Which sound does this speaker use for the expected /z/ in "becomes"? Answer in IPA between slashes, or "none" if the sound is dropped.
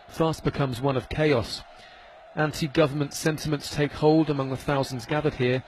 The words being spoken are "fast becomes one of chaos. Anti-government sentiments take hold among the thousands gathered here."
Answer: /z/